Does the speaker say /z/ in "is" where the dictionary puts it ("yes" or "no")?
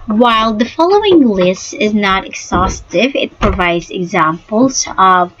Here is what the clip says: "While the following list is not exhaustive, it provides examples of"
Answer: yes